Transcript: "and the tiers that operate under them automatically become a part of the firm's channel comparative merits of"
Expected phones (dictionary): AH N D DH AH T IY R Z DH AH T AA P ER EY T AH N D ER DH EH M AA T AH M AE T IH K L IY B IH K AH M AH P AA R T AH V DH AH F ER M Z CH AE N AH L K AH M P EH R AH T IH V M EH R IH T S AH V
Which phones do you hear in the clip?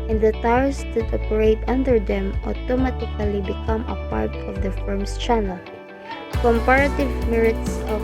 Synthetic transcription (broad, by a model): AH N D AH T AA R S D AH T AA P ER EY T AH N D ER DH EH M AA T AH M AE T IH K L IY B IH K AH M AH P AA R T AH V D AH F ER M S CH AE N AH L K AH M P EH R AH T IH V M EH R IH T S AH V